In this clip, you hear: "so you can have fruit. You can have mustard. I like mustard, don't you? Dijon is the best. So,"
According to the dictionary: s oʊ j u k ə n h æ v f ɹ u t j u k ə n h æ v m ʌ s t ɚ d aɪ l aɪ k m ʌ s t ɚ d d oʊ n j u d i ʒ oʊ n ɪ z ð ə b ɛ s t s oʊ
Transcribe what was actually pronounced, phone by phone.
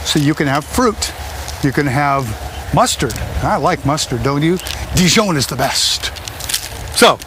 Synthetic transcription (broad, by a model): s oʊ j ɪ k ə n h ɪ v f ɹ u t j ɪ k ə n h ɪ v m ʌ s t ɚ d aɪ l aɪ k m ʌ s t ɚ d d oʊ n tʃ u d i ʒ oʊ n ɪ z ð ə b ɛ s t s oʊ